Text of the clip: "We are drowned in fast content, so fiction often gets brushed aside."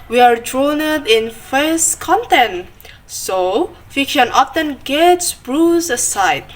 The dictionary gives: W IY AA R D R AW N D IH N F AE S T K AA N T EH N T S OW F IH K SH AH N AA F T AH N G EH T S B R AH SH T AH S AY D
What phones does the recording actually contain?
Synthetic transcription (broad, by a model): W IY AA R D R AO N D IH N F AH S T K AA N T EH N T S OW F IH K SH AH N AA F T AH N G EH T S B R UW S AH S AY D